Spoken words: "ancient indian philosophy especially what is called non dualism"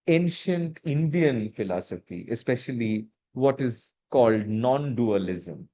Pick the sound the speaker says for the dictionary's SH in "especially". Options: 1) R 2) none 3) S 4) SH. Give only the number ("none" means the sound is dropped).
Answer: 4